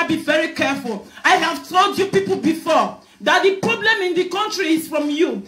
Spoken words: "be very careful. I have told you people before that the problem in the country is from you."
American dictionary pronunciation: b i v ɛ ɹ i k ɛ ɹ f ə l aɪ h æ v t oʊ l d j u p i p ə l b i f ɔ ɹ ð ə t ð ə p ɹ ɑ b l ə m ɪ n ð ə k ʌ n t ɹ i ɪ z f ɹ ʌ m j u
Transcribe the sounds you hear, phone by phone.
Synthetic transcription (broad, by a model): b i v ɛ ɹ i k ɛ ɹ f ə l aɪ h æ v t oʊ l d j u p i p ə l b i f ɔ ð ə t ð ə p ɹ ɑ b l ə m ɪ n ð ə k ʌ n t ɹ i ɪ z f ɹ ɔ m j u